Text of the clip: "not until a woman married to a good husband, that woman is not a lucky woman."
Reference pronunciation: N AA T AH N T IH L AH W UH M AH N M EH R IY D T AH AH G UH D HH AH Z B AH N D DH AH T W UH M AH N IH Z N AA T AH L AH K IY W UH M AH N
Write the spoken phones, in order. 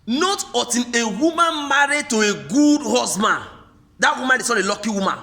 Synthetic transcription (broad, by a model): N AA T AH T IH N AH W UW M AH N M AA R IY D T AH AH G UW D HH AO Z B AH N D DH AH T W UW M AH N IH S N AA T AH L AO K IY W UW M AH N